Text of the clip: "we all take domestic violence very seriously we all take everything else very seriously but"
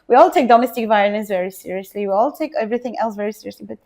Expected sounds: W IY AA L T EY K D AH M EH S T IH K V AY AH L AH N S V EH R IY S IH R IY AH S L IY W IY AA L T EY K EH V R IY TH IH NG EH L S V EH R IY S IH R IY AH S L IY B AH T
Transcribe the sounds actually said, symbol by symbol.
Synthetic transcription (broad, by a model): W IY AA L T EY K D AH M EH S T IH K V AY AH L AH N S V EH R IY S IH R IY AH S L IY W IY AA L T EY K EH V R IY TH IH NG EH L S V EH R IY S IH R IY AH S L IY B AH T